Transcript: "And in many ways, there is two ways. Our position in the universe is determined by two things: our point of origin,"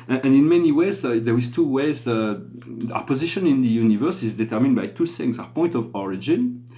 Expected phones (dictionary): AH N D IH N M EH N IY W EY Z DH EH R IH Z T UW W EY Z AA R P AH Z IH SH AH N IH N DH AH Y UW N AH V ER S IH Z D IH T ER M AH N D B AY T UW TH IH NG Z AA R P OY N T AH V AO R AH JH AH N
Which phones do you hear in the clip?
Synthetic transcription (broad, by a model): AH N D IH N M EH N IY W EY Z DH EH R IH Z T UW W EY Z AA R P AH Z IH SH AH N IH N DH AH Y UW N AH V ER S IH Z D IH T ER M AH N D B AY T UW S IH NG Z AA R P OY N T AH V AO R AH JH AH N